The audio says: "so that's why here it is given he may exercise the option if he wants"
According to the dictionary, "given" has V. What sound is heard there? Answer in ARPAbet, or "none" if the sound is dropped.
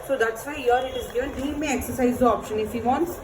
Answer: none